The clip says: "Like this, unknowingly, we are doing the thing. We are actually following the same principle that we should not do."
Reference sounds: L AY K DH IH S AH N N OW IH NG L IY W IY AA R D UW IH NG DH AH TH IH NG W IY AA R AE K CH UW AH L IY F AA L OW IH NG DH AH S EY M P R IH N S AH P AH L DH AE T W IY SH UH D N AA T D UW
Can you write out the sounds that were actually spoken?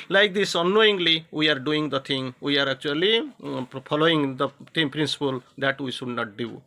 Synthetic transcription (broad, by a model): L AY K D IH S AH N N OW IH NG L IY W IY AA R D UW IH NG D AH T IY NG W IY AA R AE K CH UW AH L IY P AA L OW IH NG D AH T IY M P R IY N S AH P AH L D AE T W IY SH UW D N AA T D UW